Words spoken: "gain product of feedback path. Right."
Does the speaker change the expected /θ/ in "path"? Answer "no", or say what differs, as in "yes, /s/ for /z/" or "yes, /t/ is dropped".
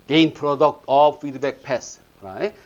yes, /s/ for /θ/